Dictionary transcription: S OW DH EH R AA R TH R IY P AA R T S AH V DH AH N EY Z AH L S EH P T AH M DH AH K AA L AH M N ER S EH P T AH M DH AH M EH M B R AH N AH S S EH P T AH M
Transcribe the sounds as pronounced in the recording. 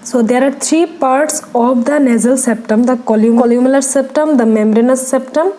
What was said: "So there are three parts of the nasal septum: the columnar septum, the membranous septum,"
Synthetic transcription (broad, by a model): S OW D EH R AA R T R IY P AA R T S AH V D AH N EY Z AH L S EH P T AH M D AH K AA L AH M L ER S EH P T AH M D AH M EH M R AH N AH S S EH P T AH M